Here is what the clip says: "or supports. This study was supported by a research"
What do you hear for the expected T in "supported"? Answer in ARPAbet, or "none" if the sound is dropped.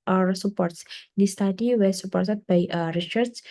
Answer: S